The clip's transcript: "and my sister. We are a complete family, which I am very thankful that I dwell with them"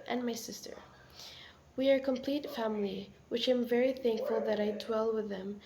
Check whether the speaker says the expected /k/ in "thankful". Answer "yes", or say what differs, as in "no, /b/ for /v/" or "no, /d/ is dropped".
yes